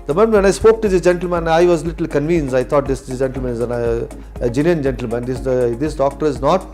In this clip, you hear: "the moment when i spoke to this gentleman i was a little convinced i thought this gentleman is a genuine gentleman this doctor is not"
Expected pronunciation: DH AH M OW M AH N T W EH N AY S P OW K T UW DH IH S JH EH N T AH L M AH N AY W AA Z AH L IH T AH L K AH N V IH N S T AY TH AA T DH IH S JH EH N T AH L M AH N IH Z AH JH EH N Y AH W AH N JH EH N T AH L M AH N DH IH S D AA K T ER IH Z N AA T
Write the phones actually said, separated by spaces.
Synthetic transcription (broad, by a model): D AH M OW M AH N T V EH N AY S P OW K T UW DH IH S JH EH N T L M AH N AY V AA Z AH L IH T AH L K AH N V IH N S AY T AA T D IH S JH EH N T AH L M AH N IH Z AH JH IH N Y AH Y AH N JH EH N T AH L M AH N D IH S D AA K T ER IH Z N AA T